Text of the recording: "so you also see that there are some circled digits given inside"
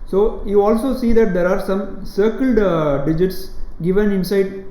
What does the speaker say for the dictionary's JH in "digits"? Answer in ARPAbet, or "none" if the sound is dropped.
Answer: JH